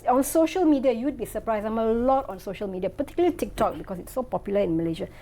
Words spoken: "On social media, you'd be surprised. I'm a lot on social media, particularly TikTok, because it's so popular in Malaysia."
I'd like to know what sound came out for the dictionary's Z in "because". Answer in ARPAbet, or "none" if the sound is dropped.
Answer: S